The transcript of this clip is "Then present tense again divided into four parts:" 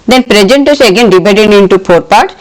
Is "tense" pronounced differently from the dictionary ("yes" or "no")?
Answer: yes